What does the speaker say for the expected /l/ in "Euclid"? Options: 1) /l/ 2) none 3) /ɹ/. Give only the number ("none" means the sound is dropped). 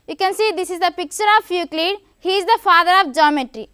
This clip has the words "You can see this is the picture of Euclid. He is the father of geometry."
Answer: 1